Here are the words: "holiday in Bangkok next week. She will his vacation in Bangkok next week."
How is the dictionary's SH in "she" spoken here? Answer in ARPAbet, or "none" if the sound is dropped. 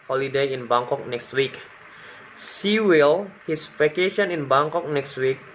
S